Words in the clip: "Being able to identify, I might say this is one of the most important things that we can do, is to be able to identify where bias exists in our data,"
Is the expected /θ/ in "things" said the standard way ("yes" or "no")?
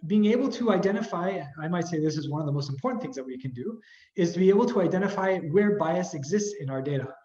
yes